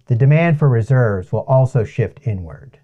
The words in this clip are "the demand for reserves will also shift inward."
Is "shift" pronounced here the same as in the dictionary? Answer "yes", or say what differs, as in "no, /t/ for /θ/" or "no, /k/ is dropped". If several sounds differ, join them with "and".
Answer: yes